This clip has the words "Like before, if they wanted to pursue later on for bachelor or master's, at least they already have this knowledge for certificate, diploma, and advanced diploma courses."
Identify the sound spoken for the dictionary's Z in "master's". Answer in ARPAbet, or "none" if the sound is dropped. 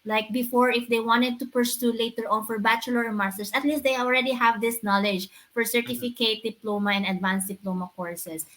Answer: S